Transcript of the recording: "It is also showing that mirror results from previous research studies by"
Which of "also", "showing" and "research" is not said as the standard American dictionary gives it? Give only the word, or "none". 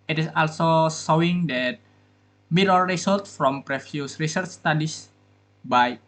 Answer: showing